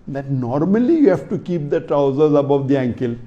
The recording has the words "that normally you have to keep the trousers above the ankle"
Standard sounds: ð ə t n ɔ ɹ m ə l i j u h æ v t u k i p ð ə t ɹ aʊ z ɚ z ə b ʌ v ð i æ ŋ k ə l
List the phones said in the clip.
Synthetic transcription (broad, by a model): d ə t n ɔ ɹ m ə l i j u h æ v t u k i p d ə t ɹ aʊ z ɚ z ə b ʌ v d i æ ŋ k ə l